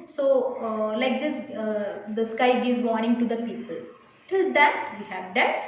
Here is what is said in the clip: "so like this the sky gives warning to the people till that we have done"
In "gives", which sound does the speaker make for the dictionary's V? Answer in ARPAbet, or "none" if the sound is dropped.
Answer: none